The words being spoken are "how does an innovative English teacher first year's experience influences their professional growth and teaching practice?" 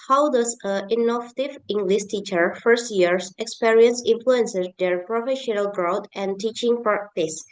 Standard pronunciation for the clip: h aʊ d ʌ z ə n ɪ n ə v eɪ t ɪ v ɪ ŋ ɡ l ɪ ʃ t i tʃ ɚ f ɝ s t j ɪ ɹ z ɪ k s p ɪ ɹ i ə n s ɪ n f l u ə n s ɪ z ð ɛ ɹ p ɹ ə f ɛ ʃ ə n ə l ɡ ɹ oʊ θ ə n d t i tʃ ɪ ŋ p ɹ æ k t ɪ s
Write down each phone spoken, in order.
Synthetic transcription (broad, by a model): h aʊ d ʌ s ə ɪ n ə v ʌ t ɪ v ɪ ŋ ɡ l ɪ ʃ t i tʃ ɚ f ɝ s t j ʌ ɹ s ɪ k s p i ɹ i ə n s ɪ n f l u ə n s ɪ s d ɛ ɹ p ɹ ə f ɛ ʃ ə n ə l ɡ ɹ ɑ t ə n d t i tʃ ɪ ŋ p ɹ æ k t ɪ s